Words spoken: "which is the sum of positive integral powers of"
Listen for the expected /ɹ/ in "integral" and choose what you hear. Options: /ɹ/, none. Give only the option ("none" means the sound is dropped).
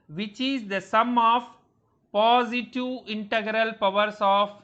/ɹ/